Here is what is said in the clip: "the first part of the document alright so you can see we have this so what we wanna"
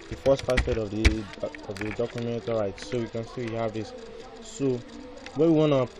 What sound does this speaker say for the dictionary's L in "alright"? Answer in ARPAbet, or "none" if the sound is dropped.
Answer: none